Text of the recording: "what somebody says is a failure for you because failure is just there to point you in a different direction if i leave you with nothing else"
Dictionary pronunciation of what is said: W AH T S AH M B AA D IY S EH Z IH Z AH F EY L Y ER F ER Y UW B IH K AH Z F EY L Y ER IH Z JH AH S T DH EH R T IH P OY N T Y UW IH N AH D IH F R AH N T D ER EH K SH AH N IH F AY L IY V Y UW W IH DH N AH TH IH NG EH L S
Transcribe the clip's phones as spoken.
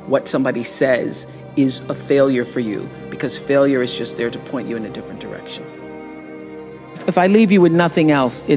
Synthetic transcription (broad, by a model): W AH T S AH M B AA D IY S EH Z IH Z AH F EY L Y ER F ER Y UW B IH K AH Z F EY L Y ER IH Z JH AH S T DH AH R T IH P OY N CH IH IH N AH D IH F R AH N D ER EH K SH AH N IH F AY L IY V Y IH W IH DH N AH TH IH NG EH L S